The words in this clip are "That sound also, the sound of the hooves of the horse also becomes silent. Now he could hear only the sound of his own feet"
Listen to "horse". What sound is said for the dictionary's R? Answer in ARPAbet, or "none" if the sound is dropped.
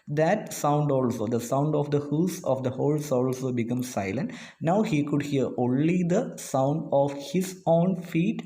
L